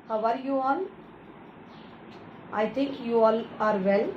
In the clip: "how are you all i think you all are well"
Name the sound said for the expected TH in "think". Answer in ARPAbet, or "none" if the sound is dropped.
T